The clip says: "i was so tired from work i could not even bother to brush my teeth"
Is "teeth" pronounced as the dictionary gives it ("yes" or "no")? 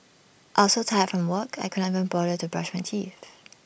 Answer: no